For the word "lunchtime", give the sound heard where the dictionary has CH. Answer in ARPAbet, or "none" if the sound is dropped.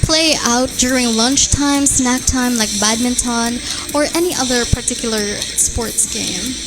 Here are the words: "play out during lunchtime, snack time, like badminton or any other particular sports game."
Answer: CH